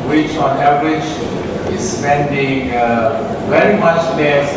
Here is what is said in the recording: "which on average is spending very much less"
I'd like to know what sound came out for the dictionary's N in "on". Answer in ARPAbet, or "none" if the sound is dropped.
N